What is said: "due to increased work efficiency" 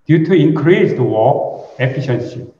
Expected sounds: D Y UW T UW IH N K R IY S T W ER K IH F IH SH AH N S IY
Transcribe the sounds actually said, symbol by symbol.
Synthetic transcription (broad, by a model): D Y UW T UW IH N K R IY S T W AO IH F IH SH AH N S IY